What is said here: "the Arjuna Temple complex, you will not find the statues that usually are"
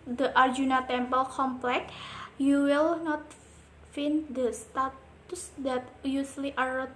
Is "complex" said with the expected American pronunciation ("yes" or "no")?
no